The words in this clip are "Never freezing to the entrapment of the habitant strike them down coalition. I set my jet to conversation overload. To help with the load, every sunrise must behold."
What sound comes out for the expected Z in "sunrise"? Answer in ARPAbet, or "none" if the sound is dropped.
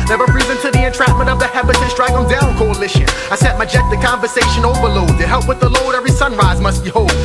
Z